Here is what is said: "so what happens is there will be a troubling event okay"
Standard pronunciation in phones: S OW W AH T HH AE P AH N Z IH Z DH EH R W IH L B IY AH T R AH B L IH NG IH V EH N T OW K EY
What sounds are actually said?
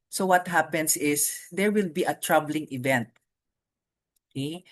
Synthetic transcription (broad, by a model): S OW W AH T HH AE P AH N S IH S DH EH R W IH L B IY AH T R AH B L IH NG IH V EH N T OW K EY